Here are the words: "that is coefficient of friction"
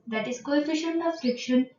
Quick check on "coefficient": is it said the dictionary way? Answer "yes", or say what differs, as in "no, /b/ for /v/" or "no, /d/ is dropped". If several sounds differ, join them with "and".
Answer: no, /t/ is dropped